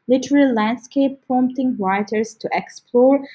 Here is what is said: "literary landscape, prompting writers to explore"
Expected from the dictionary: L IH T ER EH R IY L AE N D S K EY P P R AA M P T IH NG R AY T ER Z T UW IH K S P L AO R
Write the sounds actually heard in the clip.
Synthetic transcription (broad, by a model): L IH T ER R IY L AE N D S K EY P P AA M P T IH NG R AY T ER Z T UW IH K S P L AO R